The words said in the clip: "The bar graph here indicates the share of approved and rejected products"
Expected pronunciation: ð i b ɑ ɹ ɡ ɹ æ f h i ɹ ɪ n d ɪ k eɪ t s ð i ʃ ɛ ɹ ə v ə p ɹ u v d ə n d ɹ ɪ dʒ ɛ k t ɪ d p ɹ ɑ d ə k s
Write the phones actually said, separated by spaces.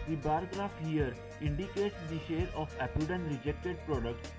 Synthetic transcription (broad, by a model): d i b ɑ ɹ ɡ ɹ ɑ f h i ɹ ɪ n d ɪ k eɪ t s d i ʃ ɛ ɹ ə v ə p u d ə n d ɹ ɪ dʒ ɛ k t ɪ d p ɹ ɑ d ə k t